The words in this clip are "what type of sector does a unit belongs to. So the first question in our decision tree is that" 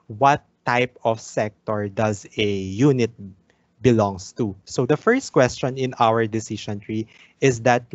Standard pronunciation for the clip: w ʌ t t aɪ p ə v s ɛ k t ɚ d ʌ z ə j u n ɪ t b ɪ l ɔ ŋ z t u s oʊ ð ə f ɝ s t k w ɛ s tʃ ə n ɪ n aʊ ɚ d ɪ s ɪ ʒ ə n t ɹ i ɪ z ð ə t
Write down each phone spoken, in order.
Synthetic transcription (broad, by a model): w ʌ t t aɪ p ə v s ɛ k t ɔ d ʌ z ə j u n ɪ t b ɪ l ɔ ŋ s t u s oʊ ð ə f ɝ s t k w ɛ s tʃ ə n ɪ n aʊ ɚ d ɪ s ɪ ʃ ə n t ɹ i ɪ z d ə t